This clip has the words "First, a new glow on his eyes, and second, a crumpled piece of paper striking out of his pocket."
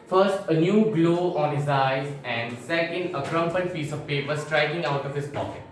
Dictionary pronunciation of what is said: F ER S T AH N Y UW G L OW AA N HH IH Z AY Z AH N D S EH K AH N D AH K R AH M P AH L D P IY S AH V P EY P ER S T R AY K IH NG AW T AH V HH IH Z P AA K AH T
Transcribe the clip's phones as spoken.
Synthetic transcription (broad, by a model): F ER S T AH N Y UW G L OW AA N HH IH Z AY Z AH N D S EH K AH N D AH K R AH M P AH N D F IY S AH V P EY P ER S T R AY K IH NG AW T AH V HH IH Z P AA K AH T